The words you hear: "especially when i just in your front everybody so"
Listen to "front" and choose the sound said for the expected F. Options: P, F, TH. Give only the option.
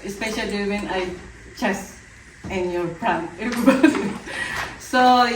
P